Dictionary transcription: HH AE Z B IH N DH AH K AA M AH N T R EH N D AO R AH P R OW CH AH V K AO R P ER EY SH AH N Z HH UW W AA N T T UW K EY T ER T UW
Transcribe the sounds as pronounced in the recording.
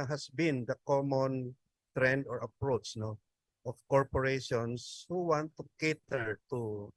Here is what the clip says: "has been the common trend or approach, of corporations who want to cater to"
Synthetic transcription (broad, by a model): HH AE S B IH N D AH K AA M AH N T R EH N D AO R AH P R OW CH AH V K AO R P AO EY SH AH N S HH UW W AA N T T UW K EY T ER T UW